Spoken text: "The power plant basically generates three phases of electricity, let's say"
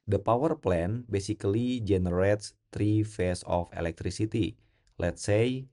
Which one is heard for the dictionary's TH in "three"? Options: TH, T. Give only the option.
T